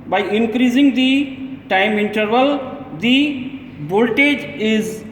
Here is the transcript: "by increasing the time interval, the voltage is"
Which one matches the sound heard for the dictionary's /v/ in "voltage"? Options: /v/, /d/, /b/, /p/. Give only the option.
/b/